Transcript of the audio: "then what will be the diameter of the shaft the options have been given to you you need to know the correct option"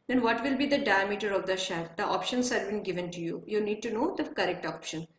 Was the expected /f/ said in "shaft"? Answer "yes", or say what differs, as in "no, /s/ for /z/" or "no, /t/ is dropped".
no, /f/ is dropped